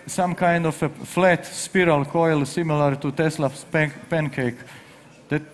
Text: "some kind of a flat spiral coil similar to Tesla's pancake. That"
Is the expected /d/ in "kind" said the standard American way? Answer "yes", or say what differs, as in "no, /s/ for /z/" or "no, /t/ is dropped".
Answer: yes